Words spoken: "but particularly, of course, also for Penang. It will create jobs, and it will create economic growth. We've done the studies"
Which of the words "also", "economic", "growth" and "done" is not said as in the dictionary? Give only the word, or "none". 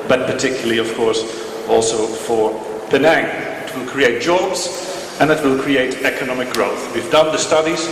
none